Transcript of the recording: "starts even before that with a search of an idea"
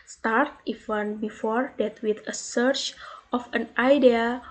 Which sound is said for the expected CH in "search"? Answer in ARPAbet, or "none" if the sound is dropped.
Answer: CH